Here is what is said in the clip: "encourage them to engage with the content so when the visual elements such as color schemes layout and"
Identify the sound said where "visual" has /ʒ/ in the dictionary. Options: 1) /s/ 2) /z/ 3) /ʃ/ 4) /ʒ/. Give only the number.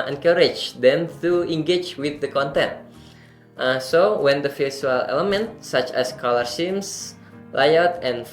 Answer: 1